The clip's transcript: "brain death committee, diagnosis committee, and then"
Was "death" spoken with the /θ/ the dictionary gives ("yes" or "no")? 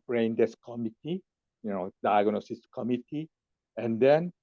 no